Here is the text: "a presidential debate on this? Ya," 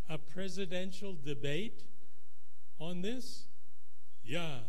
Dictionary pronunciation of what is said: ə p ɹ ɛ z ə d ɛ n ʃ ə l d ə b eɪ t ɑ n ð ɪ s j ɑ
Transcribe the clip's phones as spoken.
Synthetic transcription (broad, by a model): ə p ɹ ɛ z ə d ɛ n ʃ ə l d ə b eɪ t ɑ n ð ɪ s j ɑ